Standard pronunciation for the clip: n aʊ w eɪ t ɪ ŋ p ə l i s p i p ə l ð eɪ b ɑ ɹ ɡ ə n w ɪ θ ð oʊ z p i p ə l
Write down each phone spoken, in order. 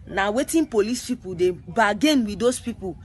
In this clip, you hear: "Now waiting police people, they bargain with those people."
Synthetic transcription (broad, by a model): n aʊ w eɪ t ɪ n p ə l i s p i p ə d eɪ b ɑ ɡ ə n w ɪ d oʊ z p i p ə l